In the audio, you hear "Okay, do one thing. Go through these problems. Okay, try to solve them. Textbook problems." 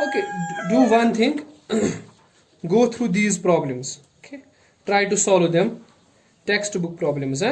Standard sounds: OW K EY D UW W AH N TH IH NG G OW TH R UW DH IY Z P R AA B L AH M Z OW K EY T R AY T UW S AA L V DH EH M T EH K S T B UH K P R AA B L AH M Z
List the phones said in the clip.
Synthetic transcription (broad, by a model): OW K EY D UW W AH N T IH NG G OW T R UW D IY Z P R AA B L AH M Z OW K EY T R AY T UW S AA L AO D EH M T EH K S T B UH K P R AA B L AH M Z